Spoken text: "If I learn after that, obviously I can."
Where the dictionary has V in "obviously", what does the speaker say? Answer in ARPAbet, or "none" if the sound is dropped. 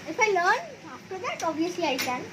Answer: none